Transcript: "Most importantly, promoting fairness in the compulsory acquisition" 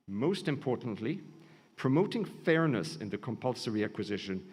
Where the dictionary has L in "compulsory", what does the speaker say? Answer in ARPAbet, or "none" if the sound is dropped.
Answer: L